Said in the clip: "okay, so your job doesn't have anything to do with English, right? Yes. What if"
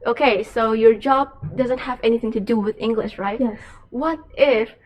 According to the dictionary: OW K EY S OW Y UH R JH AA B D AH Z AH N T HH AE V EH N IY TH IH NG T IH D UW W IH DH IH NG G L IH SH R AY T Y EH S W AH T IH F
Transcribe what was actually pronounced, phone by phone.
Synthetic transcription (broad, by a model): OW K EY S OW Y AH R JH AA B D AH Z AH N T HH AE V EH N IY TH IH NG T IH D UW W IH DH IH NG G L IH SH R AY T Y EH W AH T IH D